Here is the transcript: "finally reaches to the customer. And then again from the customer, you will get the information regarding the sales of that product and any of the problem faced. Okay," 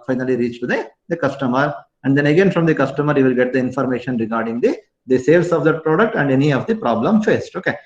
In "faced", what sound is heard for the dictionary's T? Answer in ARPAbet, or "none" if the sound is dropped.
T